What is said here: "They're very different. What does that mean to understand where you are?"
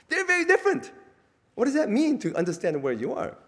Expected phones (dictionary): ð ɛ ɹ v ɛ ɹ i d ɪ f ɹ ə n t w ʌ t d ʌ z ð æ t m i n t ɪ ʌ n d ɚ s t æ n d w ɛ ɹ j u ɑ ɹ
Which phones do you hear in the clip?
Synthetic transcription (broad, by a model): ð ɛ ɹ v ɛ ɹ i d ɪ f ɹ ə n t w ʌ t d ʌ z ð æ t m i n t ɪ ʌ n d ɚ s t æ n d w ɛ ɹ j u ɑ ɹ